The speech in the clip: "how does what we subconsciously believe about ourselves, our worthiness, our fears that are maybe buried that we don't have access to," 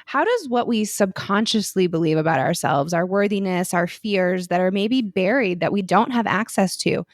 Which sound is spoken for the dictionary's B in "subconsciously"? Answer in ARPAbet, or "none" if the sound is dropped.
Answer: B